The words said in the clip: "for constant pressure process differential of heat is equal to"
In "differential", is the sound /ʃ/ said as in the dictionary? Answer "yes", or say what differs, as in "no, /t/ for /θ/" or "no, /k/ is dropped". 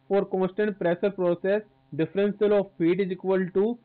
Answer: no, /s/ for /ʃ/